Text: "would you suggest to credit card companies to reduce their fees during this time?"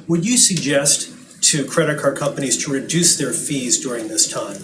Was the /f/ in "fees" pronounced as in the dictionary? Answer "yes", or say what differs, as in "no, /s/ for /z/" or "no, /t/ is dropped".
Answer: yes